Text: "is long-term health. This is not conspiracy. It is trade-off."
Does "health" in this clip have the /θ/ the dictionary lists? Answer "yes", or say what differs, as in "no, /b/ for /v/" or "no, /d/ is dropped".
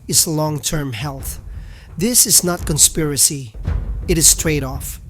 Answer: yes